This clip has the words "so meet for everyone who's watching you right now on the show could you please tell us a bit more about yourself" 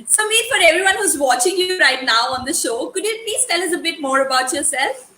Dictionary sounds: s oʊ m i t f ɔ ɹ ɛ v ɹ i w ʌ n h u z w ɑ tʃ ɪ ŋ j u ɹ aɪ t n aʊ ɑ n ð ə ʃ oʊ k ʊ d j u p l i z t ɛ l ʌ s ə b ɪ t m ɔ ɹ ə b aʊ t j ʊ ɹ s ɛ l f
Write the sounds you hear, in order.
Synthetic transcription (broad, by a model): s oʊ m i f ɔ ɹ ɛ v ɹ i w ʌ n h u z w ɑ tʃ ɪ ŋ j u ɹ aɪ t n aʊ ɑ n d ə ʃ oʊ k ʊ d j u p l i z t ɛ l ʌ s ə b ɪ t m ɔ ɹ ə b aʊ t j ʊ ɹ s ɛ l f